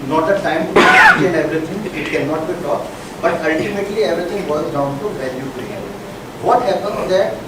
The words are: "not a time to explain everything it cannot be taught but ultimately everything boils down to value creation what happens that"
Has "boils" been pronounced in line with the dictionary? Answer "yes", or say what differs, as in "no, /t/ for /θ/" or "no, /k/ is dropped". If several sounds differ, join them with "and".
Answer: no, /l/ is dropped